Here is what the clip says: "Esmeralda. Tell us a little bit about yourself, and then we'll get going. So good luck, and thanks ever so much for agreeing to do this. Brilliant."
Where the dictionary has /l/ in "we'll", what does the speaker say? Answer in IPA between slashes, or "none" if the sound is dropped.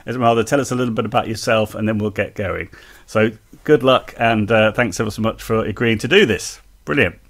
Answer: /l/